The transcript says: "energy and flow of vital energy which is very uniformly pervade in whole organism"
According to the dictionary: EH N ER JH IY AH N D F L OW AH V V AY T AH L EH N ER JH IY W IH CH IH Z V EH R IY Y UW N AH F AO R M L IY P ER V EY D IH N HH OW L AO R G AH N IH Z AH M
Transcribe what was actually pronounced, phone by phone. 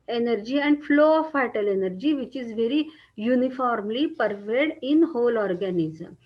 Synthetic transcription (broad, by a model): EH N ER JH IY AH N D F L OW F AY T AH L EH N ER JH IY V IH CH IH Z V EH R IY Y UW N AH F AO R M L IY P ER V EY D IH N HH OW L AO R G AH N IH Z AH M